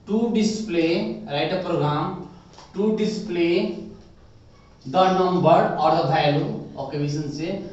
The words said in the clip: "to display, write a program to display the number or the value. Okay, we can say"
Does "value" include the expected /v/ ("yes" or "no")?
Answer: no